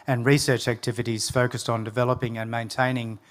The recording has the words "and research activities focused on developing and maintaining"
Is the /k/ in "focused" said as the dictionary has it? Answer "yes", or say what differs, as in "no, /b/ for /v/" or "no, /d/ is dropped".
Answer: yes